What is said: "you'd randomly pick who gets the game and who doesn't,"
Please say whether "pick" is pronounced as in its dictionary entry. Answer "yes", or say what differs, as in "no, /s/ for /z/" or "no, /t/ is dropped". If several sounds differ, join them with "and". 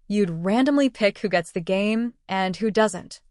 yes